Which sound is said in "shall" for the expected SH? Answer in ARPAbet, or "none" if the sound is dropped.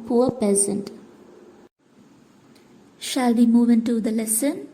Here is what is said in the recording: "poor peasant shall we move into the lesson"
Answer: SH